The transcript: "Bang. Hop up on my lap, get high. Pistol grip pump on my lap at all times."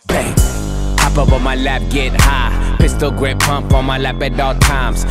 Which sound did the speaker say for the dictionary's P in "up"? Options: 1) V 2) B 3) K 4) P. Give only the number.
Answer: 2